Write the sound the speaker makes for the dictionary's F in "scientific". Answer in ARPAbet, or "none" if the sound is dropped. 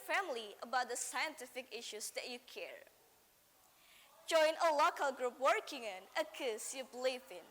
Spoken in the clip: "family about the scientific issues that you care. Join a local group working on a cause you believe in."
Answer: F